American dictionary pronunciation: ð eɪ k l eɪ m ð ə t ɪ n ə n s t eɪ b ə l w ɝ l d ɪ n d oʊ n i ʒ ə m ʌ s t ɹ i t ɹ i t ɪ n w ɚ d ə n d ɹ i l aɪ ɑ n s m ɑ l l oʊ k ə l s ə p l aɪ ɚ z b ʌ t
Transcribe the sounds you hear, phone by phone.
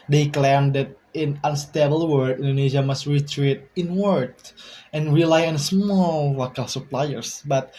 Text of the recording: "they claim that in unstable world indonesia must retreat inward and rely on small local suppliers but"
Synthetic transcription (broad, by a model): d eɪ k l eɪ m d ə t ɪ n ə n s t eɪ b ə l w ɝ d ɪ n d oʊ n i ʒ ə m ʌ s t ɹ i t ɹ i t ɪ n w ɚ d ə n ɹ i l aɪ ɑ n s m ɑ l l oʊ k ə l s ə p l aɪ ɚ s b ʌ t